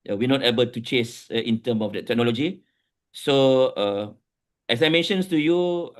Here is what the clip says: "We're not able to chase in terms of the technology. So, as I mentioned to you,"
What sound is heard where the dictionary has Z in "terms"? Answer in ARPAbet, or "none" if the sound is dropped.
none